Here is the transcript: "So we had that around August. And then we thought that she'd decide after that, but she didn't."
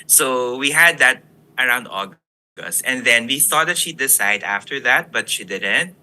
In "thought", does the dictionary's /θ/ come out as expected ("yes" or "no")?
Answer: yes